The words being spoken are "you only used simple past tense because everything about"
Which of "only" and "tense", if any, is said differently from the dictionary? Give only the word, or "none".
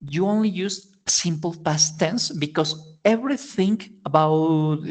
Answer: none